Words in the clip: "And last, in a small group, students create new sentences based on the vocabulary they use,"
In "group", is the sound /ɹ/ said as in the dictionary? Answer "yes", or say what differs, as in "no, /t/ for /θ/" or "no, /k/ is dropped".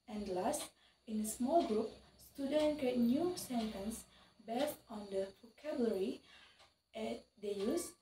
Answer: yes